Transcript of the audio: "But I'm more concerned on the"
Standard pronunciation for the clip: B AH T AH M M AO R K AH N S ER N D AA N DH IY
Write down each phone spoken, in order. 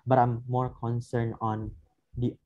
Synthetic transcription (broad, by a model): B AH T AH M M AO R K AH N S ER N AA N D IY